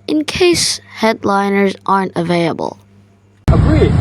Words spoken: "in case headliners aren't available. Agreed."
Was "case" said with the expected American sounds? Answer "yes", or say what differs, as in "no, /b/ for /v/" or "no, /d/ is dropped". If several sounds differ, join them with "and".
yes